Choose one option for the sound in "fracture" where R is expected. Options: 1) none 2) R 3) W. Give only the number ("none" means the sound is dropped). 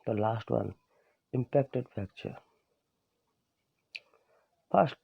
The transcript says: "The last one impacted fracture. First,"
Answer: 1